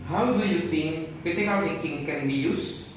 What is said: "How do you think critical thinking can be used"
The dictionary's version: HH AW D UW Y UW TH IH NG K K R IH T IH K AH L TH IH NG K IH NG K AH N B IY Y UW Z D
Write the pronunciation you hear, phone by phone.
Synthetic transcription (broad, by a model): HH AW D UW Y UW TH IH NG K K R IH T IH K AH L T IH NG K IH NG K AH N B IY Y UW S